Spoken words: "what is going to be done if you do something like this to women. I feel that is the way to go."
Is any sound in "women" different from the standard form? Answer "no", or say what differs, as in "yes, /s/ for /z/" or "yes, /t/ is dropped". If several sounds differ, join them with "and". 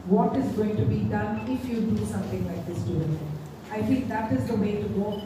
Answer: yes, /m/ is dropped